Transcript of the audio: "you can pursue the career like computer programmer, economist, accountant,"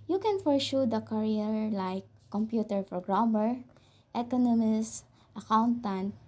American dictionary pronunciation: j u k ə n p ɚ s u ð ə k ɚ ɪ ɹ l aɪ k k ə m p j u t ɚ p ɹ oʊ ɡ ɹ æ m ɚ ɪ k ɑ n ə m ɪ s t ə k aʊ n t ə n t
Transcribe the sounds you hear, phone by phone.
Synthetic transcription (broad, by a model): j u k ə n f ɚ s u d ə k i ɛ ɹ l aɪ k k ə m p j u t ɚ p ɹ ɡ ɹ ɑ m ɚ ɪ k ɑ n ə m ɪ s t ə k aʊ n t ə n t